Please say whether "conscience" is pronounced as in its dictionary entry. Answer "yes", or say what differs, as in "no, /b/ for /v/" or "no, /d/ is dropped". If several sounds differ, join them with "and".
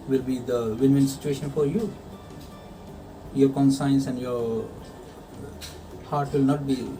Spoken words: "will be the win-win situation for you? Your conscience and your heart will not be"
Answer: no, /s/ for /ʃ/